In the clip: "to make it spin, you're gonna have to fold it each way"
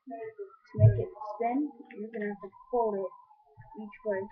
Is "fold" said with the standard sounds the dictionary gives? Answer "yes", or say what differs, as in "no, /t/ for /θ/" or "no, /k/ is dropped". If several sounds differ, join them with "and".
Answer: no, /d/ is dropped